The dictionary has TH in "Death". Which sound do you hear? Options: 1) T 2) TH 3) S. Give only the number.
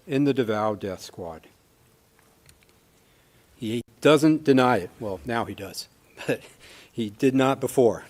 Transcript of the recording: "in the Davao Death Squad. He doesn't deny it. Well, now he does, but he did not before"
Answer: 2